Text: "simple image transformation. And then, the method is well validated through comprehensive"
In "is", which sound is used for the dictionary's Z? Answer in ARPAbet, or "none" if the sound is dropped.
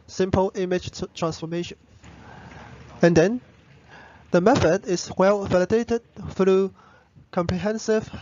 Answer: S